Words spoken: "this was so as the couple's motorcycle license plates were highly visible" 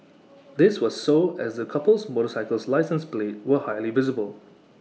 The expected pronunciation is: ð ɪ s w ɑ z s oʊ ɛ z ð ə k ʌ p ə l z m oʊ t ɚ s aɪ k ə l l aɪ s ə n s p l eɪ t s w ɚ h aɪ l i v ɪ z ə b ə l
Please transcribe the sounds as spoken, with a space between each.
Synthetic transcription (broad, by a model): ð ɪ s w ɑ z s oʊ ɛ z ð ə k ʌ p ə l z m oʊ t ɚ s aɪ k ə l l aɪ s ə n s p l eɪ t w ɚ h aɪ l i v ɪ z ə b ə l